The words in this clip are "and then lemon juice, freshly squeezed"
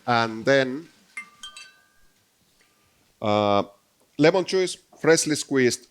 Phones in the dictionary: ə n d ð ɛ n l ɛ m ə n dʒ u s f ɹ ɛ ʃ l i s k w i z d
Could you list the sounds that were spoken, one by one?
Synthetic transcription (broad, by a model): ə n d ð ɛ n l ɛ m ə n tʃ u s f ɹ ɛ s l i s k w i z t